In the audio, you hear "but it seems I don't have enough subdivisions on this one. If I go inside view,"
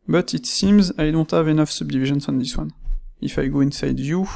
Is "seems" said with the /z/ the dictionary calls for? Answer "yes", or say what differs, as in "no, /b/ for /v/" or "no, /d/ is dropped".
yes